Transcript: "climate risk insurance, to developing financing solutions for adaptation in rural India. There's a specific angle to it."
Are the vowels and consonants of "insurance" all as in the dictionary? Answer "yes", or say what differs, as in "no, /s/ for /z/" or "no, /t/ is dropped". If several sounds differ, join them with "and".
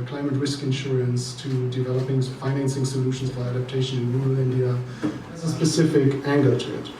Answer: yes